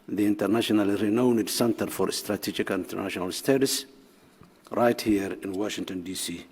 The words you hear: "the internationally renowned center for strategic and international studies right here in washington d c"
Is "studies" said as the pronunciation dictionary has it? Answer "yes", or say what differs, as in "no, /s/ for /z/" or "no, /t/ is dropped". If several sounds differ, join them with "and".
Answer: no, /s/ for /z/